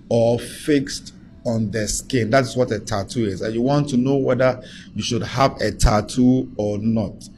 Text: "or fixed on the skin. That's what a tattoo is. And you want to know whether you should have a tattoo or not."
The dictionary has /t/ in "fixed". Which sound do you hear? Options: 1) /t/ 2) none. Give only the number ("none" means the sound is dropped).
1